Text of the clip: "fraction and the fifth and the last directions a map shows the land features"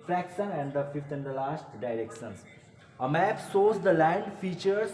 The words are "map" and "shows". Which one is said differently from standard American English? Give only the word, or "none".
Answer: shows